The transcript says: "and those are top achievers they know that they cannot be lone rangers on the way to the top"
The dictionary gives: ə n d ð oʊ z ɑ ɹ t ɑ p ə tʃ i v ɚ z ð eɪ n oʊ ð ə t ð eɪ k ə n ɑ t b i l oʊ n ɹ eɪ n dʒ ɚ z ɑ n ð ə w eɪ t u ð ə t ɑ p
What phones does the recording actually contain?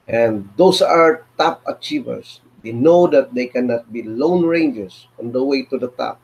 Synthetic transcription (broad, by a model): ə n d oʊ s ɑ ɹ t ɑ p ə tʃ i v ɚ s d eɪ n oʊ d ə t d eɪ k ə n ɑ t b i l oʊ n ɹ eɪ n dʒ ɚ s ɑ n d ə w eɪ t u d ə t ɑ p